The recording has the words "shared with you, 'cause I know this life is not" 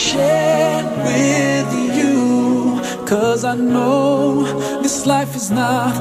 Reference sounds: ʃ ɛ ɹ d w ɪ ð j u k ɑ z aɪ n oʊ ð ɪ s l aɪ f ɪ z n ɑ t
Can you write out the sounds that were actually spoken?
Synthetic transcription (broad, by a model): ʃ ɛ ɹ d w ɪ ð j u k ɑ z aɪ n oʊ ð ɪ s l aɪ f ɪ z n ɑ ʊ